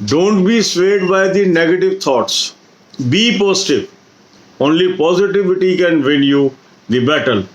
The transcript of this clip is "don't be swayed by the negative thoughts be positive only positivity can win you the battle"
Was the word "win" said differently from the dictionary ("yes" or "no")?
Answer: yes